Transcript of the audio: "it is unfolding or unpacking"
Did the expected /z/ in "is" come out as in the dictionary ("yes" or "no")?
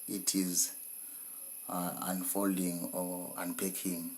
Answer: yes